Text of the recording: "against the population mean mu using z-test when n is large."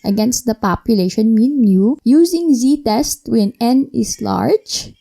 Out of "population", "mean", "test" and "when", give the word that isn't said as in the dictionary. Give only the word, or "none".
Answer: none